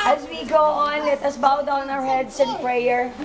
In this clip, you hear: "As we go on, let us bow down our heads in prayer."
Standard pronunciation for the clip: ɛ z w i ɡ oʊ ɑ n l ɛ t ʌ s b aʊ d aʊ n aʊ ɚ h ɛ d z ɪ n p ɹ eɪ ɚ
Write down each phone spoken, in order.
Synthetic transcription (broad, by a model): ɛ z w i ɡ oʊ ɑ n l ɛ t ʌ s b aʊ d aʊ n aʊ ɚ h ɛ d s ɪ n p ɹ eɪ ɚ